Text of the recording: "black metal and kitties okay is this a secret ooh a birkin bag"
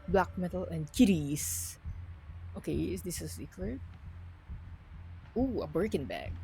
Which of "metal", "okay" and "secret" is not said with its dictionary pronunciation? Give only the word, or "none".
secret